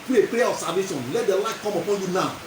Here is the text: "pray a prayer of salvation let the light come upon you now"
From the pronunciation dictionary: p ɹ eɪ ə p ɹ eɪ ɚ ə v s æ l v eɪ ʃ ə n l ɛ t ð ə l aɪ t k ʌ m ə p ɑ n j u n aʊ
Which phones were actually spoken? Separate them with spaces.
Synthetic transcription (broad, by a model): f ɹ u ə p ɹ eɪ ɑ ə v s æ v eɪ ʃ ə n l ɛ t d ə l aɪ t k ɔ m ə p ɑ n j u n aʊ